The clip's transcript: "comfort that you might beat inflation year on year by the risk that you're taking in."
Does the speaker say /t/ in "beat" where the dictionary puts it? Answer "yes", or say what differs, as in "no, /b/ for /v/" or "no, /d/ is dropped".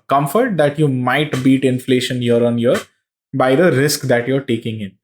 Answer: yes